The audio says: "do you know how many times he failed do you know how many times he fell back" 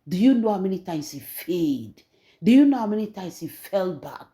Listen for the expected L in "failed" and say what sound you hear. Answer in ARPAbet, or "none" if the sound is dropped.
none